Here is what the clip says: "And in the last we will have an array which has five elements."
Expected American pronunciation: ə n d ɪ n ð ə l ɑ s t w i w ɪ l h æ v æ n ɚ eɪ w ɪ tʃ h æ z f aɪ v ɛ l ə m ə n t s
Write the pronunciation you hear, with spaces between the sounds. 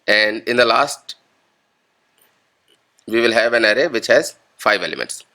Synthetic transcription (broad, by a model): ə n d ɪ n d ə l ɑ s t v i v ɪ l h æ v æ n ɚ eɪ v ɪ tʃ h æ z f aɪ v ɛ l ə m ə n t s